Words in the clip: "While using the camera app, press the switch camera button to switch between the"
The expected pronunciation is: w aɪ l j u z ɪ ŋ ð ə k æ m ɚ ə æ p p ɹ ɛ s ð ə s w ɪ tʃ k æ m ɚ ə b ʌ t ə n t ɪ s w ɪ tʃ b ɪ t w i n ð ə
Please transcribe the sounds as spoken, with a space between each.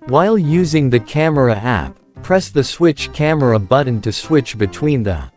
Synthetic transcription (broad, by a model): w aɪ l j u z ɪ ŋ ð ə k æ m ɚ ə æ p p ɹ ɛ s ð ə s w ɪ tʃ k æ m ɚ ə b ʌ t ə n t ɪ s w ɪ tʃ b ɪ t w i n ð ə